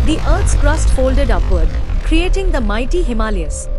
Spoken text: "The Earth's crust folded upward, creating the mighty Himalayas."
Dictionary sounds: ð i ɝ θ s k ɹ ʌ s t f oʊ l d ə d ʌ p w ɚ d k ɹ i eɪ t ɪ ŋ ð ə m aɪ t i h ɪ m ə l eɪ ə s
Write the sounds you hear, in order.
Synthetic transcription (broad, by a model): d i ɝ t s k ɹ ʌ s t f oʊ l d ə d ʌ p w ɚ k k ɹ i eɪ t ɪ ŋ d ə m aɪ t i h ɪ m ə l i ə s